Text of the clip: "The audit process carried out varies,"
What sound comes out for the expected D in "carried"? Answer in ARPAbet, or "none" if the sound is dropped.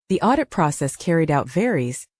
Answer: D